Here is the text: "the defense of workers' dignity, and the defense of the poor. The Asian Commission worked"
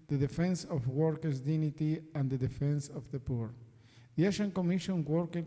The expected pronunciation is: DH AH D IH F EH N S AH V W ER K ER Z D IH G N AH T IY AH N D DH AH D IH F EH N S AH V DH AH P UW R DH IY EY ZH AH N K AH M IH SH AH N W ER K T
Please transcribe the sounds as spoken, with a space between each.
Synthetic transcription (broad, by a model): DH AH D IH F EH N S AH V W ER K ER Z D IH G N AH T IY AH N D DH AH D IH F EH N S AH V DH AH P UW R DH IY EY SH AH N K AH M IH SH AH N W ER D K